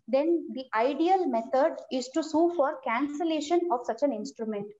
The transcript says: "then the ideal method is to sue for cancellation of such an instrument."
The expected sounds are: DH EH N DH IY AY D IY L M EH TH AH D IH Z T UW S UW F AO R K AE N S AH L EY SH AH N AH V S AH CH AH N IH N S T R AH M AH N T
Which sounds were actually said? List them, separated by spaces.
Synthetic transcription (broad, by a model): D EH N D IY AY D IY L M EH T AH D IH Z T UW S UW F AO R K AE N S AH L EY SH AH N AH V S AH CH AH N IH N S T R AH M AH N T